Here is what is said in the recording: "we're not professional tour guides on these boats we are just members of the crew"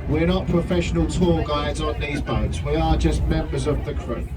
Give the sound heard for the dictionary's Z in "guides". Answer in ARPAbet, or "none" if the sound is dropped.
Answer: Z